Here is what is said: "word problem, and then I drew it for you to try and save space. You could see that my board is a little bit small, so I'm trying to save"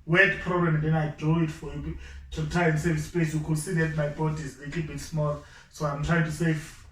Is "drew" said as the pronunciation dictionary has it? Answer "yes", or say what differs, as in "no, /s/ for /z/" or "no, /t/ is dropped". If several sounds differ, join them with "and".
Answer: no, /ɹ/ is dropped